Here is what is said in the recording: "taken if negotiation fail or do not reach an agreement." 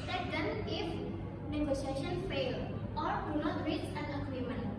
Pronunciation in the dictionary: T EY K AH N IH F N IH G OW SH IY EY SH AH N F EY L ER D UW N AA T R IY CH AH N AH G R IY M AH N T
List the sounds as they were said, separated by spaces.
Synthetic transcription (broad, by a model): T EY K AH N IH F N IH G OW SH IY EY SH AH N F EY L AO D UW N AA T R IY S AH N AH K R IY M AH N